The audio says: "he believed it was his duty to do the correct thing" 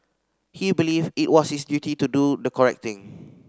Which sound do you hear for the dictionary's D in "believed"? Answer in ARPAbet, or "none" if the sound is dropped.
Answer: none